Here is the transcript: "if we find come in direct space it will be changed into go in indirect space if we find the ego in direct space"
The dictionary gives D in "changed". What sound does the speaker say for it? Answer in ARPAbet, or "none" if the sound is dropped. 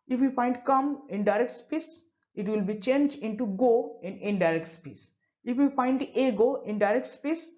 none